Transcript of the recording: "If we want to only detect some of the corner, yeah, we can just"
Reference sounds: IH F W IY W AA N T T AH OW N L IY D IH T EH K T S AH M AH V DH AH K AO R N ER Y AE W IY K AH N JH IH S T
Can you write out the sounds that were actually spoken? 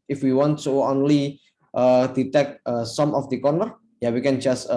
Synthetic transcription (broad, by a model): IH F W IY W AA N T S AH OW N L IY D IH T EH K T S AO M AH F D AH K AO R N ER Y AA W IY K AH N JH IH S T